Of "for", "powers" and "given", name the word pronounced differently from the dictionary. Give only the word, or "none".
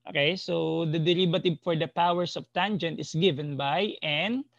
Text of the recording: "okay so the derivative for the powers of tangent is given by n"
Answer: powers